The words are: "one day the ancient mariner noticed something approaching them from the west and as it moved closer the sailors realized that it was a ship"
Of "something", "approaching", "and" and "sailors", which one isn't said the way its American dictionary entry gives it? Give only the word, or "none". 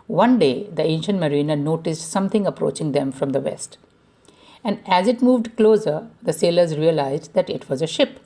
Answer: something